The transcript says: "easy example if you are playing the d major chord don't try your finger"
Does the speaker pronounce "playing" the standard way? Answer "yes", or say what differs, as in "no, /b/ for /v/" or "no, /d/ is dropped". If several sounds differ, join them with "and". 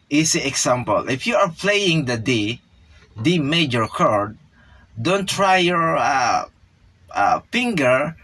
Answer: yes